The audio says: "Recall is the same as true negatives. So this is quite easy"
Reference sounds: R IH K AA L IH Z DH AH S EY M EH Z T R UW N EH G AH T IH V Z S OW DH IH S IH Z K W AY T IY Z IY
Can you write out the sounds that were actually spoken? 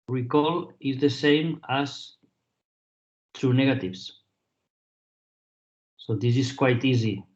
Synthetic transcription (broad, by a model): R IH K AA L IH Z DH AH S EY M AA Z T R UW N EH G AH T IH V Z S OW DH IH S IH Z K W AY T IY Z IY